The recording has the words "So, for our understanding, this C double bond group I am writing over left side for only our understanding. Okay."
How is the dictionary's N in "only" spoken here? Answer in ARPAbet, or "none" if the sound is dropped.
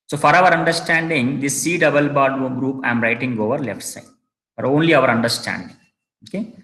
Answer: N